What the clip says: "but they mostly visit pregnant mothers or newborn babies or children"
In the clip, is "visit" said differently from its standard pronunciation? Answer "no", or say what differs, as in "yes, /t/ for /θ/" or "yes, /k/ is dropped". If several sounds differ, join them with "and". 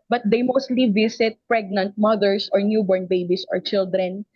yes, /s/ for /z/